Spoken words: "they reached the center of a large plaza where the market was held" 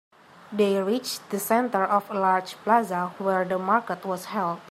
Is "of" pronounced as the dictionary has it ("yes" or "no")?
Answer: no